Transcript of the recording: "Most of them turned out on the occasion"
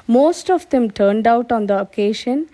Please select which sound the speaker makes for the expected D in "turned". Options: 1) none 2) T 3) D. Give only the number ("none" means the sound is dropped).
3